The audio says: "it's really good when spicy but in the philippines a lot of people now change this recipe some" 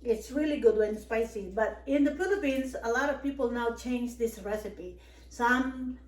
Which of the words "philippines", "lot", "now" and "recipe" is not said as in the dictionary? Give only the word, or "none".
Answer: philippines